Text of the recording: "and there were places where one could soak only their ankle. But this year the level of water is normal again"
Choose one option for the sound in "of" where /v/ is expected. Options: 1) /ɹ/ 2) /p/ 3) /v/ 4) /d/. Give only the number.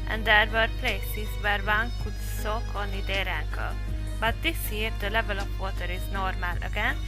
2